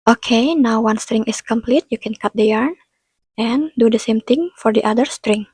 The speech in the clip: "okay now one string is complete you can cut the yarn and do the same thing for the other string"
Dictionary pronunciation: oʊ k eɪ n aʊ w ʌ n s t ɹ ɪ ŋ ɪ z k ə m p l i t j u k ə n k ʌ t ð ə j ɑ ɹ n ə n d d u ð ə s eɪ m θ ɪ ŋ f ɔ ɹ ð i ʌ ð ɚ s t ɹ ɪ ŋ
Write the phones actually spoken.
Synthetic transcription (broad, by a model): oʊ k eɪ n aʊ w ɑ n s t ɹ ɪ ŋ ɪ s k ə m p l i t j u k ə n k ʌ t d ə j ɑ ɹ n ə n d d u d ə s eɪ m t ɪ ŋ f ɔ ɹ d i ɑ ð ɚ s t ɹ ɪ ŋ